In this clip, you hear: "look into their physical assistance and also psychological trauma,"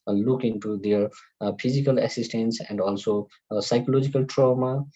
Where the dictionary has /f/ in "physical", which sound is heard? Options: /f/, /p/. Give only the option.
/p/